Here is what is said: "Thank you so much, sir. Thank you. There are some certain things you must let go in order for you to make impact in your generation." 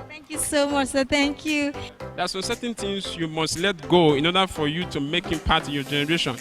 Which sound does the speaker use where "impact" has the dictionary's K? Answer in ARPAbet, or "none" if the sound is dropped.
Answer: none